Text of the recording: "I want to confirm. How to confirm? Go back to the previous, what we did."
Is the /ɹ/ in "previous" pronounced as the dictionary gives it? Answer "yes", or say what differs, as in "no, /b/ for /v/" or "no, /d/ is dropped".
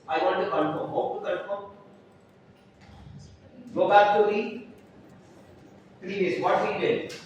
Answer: no, /l/ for /ɹ/